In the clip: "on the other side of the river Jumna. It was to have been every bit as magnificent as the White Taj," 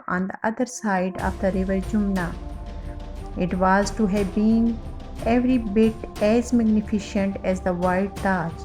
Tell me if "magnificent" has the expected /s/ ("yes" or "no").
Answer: no